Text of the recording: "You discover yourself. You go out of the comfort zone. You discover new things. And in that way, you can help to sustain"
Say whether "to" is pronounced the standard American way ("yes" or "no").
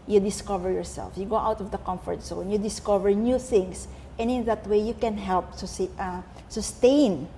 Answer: no